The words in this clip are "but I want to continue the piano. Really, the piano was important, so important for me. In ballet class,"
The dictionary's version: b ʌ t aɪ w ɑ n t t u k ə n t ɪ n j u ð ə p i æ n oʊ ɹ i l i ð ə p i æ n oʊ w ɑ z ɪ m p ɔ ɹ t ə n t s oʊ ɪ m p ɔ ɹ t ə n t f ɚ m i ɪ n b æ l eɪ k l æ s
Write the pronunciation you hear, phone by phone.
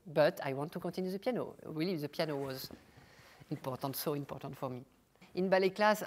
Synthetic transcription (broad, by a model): b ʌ t aɪ w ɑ n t t u k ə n t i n j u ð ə p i n oʊ ɹ i l i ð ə p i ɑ n oʊ w ɑ z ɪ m p ɔ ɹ t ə n t s oʊ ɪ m p ɔ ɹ t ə n t f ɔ m i ɪ n b æ l eɪ k l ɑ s